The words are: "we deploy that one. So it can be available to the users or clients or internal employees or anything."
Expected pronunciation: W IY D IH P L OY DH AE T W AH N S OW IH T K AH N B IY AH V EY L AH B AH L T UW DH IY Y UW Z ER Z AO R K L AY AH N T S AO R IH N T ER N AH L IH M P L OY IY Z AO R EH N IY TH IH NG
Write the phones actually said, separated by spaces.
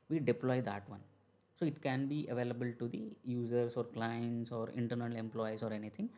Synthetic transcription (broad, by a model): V IY D IH P L OY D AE T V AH N S OW IH T K AH N B IY AH V EY L AH B AH L T UW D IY Y UW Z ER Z AO R K L AY AH N T S AO R IH N T ER N AH L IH M P L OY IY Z AO R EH N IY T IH NG